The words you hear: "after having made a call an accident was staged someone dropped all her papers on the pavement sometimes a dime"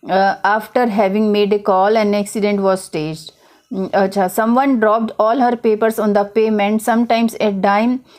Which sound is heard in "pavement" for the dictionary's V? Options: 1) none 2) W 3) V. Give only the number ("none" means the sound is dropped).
1